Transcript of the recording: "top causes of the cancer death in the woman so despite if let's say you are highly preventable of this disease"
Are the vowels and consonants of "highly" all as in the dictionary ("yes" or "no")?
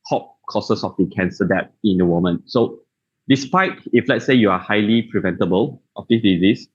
yes